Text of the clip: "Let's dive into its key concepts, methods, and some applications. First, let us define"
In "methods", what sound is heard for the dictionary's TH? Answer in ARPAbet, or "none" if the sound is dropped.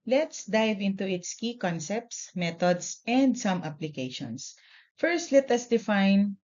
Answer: T